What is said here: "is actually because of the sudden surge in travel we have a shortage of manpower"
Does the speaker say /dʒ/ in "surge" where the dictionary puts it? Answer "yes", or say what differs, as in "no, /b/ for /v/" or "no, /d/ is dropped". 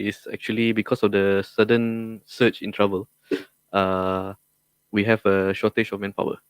no, /tʃ/ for /dʒ/